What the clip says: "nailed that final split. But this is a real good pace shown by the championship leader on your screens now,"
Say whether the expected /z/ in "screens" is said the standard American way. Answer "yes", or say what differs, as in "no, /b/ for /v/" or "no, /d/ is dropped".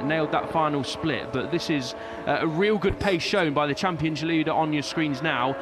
yes